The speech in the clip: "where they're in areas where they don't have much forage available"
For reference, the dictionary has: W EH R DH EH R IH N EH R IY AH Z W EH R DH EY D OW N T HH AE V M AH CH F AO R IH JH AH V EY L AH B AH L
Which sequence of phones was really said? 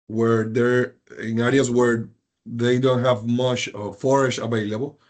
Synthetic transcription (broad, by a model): W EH R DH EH R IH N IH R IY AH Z W EH R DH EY D OW N T HH AE V M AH CH F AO R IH SH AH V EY L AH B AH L